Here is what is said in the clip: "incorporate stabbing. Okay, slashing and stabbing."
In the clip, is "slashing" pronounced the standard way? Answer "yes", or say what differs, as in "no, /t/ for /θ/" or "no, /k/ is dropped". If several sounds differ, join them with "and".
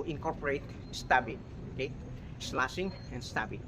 no, /s/ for /ʃ/